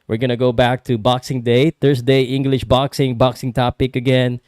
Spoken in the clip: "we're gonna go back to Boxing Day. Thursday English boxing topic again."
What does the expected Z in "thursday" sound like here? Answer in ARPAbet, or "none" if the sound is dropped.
S